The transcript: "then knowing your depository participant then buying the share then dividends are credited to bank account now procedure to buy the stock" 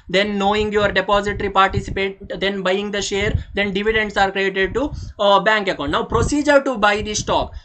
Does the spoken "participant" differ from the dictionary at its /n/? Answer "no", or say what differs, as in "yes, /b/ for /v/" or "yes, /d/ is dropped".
yes, /n/ is dropped